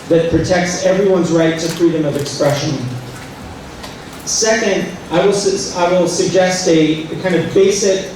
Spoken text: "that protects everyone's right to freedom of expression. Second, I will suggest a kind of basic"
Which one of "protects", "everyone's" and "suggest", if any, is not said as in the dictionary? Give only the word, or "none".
none